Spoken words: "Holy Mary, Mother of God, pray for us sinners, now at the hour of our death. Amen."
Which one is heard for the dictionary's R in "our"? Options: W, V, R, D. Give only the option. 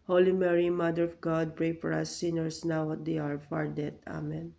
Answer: R